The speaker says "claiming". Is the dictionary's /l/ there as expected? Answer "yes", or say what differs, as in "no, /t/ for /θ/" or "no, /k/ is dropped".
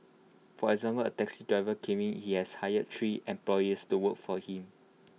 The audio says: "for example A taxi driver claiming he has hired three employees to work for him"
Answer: no, /l/ is dropped